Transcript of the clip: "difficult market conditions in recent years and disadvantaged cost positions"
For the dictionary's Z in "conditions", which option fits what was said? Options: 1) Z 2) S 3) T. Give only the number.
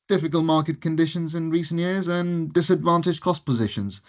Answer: 1